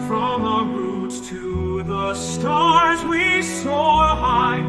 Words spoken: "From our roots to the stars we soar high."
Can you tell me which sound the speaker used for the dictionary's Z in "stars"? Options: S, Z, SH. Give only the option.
Z